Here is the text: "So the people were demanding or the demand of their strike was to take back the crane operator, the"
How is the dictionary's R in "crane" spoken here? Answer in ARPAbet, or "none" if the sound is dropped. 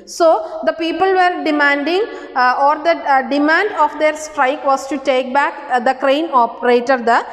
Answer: R